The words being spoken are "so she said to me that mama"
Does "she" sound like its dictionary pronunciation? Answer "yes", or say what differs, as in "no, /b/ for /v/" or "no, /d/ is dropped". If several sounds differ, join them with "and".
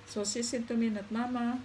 no, /s/ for /ʃ/